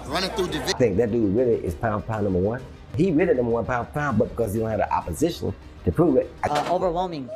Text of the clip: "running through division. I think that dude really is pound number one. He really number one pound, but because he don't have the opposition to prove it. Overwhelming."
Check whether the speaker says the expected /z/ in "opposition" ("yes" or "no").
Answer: yes